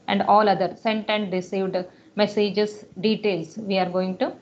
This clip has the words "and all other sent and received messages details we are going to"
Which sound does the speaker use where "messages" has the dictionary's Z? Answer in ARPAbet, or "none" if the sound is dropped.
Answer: S